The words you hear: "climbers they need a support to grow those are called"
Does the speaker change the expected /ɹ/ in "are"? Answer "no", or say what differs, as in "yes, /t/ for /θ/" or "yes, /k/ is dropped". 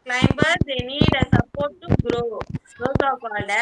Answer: yes, /w/ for /ɹ/